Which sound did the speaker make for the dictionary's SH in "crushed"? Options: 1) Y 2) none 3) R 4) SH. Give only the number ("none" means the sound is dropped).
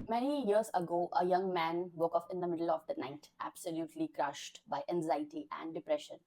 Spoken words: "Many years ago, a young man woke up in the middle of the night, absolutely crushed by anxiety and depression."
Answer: 4